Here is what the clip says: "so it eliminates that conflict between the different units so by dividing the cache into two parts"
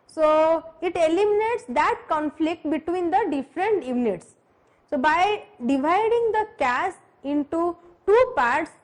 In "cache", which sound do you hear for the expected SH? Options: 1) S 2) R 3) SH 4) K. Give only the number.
1